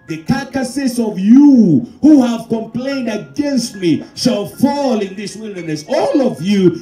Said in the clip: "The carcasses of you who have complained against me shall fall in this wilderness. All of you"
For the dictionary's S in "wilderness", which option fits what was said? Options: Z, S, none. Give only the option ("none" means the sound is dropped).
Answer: S